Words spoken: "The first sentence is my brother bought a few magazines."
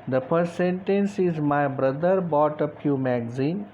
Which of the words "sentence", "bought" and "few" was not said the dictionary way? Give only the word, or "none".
few